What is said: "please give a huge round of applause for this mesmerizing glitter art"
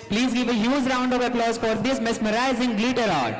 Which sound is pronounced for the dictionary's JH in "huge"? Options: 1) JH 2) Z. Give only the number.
2